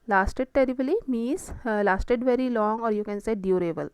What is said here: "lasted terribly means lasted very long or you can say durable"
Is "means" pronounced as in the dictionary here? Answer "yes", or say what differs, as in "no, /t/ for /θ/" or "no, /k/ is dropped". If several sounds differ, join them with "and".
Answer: no, /n/ is dropped